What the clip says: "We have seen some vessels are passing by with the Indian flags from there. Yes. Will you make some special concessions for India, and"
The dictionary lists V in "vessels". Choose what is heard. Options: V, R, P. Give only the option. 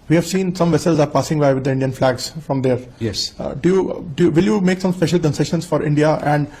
V